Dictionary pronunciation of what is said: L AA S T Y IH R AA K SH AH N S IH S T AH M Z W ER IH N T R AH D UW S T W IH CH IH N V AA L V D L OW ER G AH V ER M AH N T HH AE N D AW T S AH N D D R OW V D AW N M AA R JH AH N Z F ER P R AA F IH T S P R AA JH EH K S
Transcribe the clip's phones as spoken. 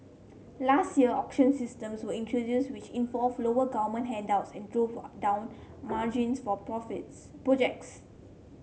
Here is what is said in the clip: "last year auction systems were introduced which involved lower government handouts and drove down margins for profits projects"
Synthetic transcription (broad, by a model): L AA S T Y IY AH AA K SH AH N S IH S T AH M S W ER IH N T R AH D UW S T W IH CH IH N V AA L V L OW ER G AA V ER M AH N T HH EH N D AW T S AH N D D R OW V D AW N M AA JH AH N S F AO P R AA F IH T P R AA JH EH K S